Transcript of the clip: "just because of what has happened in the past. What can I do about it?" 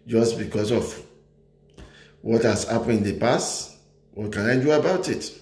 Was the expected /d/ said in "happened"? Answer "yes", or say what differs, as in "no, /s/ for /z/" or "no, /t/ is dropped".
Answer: no, /d/ is dropped